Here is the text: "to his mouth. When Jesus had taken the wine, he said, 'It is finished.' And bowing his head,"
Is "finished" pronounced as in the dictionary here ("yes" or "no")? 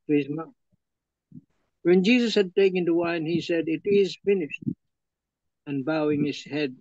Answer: yes